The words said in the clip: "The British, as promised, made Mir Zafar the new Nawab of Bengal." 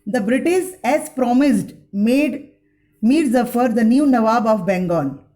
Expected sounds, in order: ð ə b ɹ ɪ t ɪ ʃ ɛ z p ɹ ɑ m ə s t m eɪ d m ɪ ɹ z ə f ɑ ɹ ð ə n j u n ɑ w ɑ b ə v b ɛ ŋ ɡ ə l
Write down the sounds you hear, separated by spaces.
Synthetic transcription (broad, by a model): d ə b ɹ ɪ t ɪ s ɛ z p ɹ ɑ m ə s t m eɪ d m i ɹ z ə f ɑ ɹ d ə n j u n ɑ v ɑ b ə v b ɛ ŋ ɡ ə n